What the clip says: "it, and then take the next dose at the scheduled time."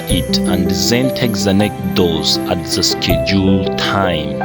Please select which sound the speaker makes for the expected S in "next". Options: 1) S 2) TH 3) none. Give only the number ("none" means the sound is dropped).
3